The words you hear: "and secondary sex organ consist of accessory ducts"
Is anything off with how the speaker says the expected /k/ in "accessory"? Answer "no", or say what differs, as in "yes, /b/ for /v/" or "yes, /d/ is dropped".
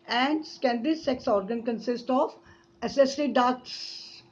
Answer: yes, /k/ is dropped